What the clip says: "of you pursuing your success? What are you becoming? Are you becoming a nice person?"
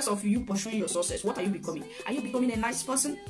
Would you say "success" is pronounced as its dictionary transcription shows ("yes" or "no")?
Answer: no